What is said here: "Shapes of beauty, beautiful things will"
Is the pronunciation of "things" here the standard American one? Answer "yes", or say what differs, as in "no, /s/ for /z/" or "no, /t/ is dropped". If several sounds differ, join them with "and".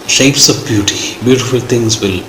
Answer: no, /t/ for /θ/